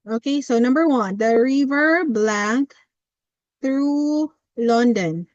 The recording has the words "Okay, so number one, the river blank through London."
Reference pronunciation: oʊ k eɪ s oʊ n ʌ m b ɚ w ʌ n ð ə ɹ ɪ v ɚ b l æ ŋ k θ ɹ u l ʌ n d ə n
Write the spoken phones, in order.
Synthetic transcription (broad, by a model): oʊ k eɪ s oʊ n ʌ m b ɚ w ʌ n ð ə ɹ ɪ v ɚ b l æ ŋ k θ ɹ u l ʌ n d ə n